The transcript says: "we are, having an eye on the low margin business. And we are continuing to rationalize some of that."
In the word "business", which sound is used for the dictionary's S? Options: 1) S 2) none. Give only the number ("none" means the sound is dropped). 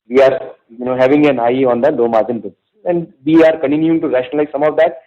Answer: 2